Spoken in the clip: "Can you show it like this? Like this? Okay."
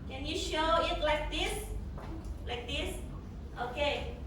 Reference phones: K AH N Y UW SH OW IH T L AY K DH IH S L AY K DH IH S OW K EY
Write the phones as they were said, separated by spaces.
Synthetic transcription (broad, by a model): K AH N Y UW SH OW IH T L AY K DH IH S L AY K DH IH S OW K EY